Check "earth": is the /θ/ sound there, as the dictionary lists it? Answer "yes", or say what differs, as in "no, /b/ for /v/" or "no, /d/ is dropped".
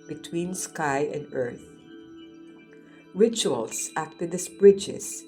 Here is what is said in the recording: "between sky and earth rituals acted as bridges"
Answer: yes